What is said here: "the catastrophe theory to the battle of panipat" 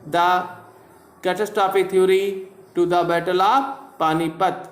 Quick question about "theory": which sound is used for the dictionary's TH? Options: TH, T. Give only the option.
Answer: T